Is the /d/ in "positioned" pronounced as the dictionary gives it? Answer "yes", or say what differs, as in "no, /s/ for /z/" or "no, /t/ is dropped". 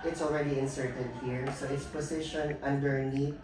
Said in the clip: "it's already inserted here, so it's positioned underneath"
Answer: no, /d/ is dropped